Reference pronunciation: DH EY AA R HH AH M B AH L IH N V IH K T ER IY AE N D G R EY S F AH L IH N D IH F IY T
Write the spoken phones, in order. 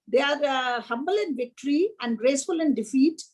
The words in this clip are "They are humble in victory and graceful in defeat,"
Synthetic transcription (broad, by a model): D EY AA R HH AH M B AH L IH N V IH K T ER IY AE N D G R EY S F AH L IH N D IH F IY T